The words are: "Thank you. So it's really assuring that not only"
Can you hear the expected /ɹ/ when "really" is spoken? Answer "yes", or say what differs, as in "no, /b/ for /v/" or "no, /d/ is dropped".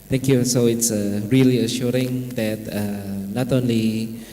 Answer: yes